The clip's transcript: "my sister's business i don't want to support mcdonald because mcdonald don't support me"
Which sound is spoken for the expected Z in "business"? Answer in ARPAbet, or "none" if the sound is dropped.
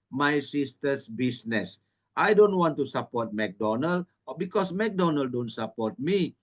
S